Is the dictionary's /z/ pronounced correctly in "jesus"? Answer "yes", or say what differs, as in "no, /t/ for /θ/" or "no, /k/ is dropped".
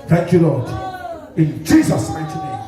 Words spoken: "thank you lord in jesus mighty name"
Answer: yes